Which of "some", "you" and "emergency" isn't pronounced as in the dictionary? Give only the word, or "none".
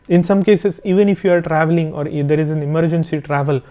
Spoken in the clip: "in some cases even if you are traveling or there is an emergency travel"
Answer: none